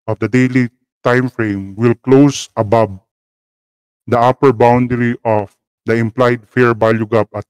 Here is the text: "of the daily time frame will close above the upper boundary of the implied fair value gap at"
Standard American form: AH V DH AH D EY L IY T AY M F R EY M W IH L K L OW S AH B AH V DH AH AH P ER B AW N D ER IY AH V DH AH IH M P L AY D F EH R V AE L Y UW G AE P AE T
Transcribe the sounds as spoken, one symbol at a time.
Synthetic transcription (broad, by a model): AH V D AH D EY L IY T AY M F R EY M W IH L K L OW S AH B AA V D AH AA P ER B AW N D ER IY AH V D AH IH M P L AY D F EH R B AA L Y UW G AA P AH T